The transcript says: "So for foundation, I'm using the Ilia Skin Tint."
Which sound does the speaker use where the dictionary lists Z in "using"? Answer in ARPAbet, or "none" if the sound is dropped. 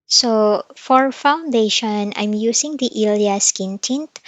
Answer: S